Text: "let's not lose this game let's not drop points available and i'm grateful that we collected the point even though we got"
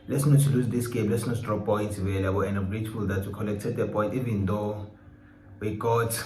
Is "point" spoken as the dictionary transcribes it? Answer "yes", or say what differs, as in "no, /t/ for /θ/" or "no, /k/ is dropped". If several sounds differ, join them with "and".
no, /n/ is dropped